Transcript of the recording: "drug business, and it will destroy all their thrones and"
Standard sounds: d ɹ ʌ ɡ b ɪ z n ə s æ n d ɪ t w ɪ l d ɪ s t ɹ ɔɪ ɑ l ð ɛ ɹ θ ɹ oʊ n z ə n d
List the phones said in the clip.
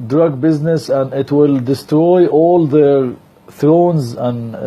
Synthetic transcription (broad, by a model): d ɹ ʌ ɡ b ɪ z n ə s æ n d ɪ t w ɪ l d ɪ s t ɹ ɔɪ ɑ l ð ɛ ɹ θ ɹ oʊ n z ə n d